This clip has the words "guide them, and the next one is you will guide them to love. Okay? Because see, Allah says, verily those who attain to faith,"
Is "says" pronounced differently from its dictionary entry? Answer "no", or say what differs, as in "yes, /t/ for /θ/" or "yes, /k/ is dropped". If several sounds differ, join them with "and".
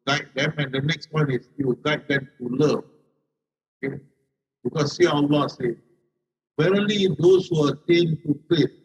yes, /z/ is dropped